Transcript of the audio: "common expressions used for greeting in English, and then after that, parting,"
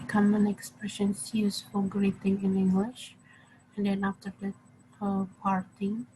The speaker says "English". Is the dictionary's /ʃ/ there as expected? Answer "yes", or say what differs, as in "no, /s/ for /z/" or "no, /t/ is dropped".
yes